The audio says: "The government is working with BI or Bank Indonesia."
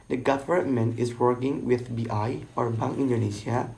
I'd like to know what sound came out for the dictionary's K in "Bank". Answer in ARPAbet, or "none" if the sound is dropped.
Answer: none